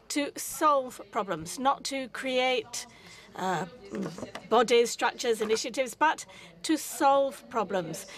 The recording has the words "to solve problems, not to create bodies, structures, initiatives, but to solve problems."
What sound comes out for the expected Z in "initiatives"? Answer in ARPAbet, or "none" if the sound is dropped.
Z